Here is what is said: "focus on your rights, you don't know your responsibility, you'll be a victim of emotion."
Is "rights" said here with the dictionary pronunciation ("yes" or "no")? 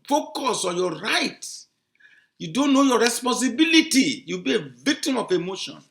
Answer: no